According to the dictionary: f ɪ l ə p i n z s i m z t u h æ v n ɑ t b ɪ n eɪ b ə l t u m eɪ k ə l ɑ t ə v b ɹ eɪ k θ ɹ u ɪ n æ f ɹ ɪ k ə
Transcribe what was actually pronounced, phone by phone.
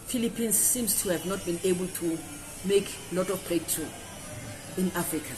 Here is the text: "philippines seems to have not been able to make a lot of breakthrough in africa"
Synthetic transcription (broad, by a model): f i l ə p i n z s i m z t u h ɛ v n ɑ t b ɪ n eɪ b ə l t u m eɪ k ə l ɑ t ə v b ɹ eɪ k t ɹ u ɪ n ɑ f ɹ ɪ k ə